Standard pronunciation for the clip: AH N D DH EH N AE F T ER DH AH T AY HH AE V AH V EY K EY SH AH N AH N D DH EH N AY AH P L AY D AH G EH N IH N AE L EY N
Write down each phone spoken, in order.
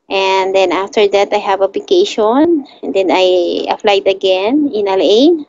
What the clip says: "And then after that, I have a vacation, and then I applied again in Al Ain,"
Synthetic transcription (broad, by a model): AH N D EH N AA F T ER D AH T AY HH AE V AH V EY K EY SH AH N D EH N AY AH F L AY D AH G EH N IH N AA L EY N